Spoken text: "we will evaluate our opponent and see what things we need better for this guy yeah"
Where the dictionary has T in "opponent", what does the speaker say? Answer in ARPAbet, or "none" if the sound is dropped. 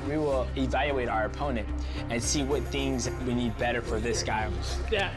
T